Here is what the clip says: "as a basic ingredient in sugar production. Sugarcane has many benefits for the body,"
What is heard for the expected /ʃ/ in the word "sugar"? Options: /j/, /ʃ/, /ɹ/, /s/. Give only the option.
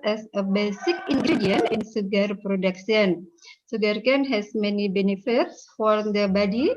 /s/